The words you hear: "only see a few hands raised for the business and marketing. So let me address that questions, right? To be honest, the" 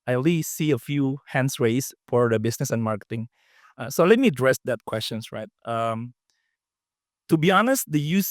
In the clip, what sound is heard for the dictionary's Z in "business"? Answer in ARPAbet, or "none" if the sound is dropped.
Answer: S